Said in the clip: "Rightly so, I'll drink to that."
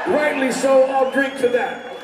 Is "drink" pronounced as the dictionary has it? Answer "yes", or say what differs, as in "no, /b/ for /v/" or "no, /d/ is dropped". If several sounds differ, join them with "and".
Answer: no, /ŋ/ is dropped